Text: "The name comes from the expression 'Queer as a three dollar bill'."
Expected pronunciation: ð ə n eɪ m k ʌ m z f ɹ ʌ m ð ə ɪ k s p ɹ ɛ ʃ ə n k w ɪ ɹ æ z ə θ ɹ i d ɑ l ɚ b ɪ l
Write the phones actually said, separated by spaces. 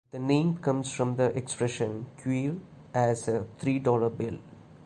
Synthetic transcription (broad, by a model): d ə n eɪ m k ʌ m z f ɹ ʌ m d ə ɪ k s p ɹ ɛ ʃ ə n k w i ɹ æ z ə t ɹ i d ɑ l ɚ b ɪ l